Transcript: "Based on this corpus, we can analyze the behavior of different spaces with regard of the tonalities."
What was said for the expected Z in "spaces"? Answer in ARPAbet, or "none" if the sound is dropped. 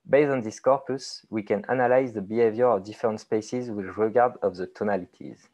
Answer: Z